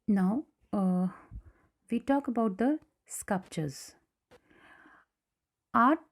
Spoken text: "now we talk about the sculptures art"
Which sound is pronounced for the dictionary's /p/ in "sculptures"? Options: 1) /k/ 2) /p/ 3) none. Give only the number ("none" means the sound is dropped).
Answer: 2